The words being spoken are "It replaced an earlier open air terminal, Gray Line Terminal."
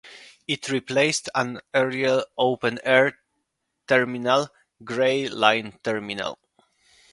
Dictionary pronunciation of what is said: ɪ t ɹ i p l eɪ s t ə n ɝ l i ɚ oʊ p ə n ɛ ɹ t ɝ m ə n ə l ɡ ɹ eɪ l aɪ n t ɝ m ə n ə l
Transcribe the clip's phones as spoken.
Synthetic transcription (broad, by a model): ɪ t ɹ i p l eɪ s t ə n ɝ i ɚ oʊ p ə n ɛ ɹ t ɝ m ə n ə l ɡ ɹ eɪ l aɪ n t ɝ m ə n ə l